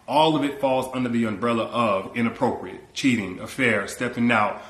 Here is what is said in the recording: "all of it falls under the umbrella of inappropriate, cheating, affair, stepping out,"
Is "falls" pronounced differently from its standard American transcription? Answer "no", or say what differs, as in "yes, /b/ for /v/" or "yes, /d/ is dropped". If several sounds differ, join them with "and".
no